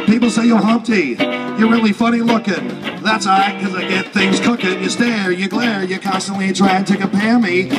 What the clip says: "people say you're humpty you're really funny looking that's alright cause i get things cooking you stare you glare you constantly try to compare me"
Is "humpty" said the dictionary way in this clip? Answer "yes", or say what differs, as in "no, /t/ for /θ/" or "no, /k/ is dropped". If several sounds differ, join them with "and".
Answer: yes